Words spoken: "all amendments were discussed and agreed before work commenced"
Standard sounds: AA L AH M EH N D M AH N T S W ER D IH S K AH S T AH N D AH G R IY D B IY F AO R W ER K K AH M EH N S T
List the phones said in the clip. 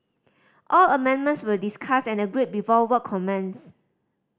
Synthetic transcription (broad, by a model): AA L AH M EH N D M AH N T S W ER D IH S K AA S AH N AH G R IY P B IY F AO W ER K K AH M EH N S